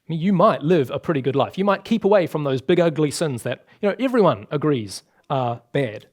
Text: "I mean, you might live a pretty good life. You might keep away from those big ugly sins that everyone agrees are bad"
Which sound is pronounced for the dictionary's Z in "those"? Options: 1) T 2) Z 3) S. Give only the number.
2